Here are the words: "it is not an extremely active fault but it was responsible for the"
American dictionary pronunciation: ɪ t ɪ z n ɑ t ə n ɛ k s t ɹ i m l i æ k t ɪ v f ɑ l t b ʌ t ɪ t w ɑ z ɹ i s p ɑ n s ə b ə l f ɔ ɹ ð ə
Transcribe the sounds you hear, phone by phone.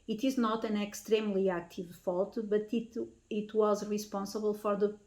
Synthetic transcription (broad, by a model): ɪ t ɪ z n ɑ t ə n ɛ k s t ɹ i m l i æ k t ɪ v f ɑ l t b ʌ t ɪ t w ɑ z ɹ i s p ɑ n s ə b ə l f ɔ ɹ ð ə